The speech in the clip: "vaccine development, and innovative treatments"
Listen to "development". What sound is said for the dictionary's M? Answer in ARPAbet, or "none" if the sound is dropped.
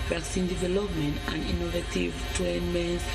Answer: M